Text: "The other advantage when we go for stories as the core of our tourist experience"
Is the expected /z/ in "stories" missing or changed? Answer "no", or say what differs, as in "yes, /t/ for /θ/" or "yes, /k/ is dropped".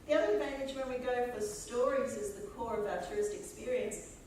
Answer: no